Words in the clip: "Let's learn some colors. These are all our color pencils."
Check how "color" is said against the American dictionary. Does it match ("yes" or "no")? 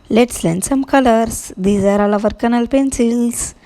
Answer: no